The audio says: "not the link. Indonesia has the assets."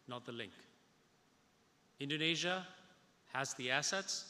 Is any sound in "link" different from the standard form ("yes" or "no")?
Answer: no